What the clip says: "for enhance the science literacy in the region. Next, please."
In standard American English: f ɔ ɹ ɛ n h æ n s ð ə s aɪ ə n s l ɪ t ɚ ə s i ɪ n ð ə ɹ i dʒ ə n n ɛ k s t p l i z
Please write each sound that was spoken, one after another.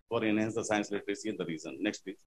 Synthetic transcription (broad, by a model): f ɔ ɹ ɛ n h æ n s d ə s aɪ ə n s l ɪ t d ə s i ɪ n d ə ɹ i z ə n n ɛ k s t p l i